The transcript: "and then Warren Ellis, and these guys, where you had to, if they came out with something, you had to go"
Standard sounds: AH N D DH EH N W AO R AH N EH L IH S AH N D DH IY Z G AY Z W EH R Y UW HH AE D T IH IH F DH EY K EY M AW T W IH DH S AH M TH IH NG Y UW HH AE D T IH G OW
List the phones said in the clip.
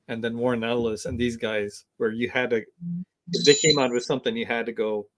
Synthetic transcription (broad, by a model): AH N DH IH N W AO R N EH L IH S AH N DH IY Z G AY Z W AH R Y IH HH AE D T IH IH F DH EY K EY M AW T W IH DH S AH M TH IH NG Y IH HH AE D T IH G OW